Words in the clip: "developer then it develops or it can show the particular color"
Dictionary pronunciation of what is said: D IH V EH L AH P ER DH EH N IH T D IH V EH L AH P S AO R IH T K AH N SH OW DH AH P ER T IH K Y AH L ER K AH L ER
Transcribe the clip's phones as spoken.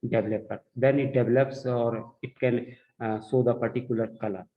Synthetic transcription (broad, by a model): D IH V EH L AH P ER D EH N IH T D IH V EH L AH P S AO R IH T K AH N S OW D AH P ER T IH K Y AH L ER K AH L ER